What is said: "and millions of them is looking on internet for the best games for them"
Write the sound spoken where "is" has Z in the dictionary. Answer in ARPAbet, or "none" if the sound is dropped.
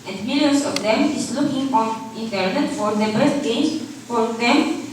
S